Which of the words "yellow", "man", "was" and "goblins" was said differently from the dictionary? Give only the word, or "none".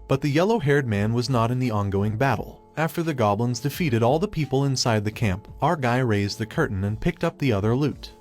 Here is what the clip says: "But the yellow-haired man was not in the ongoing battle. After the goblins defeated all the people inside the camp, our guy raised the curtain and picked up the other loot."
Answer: none